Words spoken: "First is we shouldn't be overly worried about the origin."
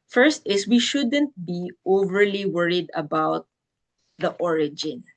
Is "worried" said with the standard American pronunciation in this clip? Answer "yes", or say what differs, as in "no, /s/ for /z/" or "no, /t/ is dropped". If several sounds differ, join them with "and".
yes